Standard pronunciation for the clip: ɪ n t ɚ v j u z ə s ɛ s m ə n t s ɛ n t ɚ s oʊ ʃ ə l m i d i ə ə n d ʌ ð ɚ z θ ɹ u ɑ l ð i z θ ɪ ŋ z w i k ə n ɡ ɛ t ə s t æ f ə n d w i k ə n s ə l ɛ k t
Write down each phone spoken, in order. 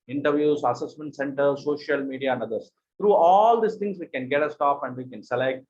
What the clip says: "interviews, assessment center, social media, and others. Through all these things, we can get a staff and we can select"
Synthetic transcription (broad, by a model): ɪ n t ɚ v j u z ə s ɛ s m ə n t s ɛ n t ɚ s oʊ ʃ ə l m i d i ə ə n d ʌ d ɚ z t ɹ u ɑ l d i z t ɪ ŋ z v i k ə n ɡ ɛ t ə s t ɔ p ə n d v i k ə n s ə l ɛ k t